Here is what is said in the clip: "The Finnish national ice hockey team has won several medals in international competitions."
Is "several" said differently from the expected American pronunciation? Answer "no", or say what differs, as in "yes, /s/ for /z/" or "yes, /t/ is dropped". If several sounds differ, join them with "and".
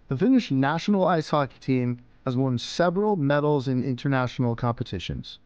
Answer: no